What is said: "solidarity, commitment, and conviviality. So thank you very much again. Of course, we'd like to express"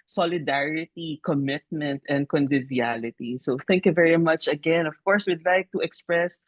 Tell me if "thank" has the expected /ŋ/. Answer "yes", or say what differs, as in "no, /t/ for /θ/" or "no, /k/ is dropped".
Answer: yes